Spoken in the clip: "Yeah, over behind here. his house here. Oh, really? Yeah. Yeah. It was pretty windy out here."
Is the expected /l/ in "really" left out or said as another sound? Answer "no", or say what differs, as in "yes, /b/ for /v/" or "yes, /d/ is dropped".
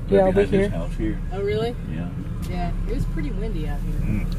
no